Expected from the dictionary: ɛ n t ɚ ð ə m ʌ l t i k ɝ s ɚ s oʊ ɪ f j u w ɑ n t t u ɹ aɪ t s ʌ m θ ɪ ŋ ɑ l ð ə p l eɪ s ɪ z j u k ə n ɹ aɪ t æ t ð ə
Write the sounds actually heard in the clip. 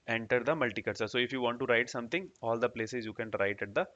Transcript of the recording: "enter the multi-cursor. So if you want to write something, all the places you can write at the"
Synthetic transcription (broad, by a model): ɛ n t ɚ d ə m ʌ l t i k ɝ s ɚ s oʊ ɪ f j u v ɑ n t t u ɹ aɪ t s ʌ m t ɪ ŋ ɑ l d ə p l eɪ s ɪ z j u k ə n ɹ aɪ t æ t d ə